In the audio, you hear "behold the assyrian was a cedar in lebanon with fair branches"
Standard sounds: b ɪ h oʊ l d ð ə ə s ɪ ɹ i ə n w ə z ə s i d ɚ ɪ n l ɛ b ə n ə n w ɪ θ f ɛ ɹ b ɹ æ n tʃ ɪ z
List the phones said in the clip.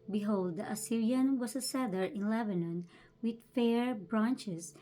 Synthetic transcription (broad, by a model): b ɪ h oʊ l d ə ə s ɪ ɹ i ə n w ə s ə s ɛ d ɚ ɪ n l ɛ b ə n ə n w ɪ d f ɛ ɹ b ɹ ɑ n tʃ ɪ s